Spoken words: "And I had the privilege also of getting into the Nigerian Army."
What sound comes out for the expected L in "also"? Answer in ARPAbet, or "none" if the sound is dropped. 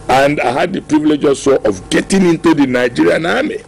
none